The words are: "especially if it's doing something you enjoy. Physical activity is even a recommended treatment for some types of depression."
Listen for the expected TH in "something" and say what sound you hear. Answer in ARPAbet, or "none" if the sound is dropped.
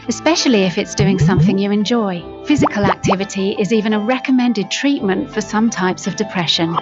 TH